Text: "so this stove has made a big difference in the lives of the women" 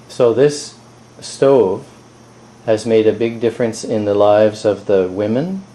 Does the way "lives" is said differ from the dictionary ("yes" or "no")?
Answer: no